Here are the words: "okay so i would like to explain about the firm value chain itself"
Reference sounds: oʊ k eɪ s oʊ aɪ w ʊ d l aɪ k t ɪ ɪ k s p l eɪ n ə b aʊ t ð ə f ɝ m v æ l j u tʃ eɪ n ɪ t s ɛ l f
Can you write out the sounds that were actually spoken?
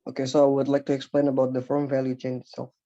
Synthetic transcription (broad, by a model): oʊ k eɪ s oʊ aɪ w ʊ d l aɪ k t ɪ ɪ k s p l eɪ n ə b aʊ t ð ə f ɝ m v æ l j u tʃ eɪ n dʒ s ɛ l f